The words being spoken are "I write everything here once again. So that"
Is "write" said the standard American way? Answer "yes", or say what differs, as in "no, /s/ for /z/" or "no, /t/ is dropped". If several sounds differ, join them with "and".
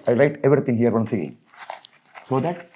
no, /l/ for /ɹ/